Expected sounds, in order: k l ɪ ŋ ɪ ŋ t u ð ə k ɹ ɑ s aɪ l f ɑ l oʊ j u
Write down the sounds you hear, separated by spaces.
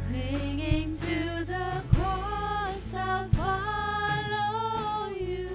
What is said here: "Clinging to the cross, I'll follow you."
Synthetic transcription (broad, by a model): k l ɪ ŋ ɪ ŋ t u ð ə k ɑ s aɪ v f ɑ l oʊ j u